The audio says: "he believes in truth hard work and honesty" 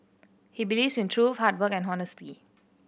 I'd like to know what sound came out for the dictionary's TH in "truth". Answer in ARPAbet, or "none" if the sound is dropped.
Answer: F